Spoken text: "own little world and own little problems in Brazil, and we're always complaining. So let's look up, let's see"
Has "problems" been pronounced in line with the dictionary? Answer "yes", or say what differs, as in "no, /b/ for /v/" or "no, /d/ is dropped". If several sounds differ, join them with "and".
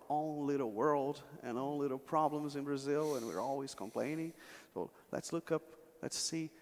yes